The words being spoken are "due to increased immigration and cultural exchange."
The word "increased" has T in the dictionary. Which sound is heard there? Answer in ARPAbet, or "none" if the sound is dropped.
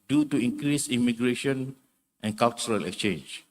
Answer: none